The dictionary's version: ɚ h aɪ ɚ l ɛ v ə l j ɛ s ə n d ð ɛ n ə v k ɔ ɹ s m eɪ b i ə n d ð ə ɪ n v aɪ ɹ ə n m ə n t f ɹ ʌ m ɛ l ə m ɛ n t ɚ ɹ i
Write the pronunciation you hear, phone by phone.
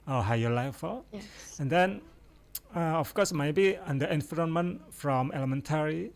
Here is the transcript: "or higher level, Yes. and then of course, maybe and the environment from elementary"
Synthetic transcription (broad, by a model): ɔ h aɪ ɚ l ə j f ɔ ə n d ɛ n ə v k ɔ s m eɪ b i ə n d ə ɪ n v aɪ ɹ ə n m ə n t f ɹ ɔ m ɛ l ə m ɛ n t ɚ ɹ i